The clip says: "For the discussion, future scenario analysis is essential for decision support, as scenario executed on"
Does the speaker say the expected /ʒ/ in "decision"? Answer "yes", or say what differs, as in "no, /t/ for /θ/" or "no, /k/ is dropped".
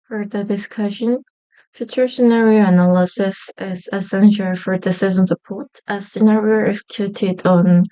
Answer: no, /z/ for /ʒ/